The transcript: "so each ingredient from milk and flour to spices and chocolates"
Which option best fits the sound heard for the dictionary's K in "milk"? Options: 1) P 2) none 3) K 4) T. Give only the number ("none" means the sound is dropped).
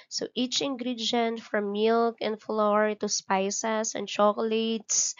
3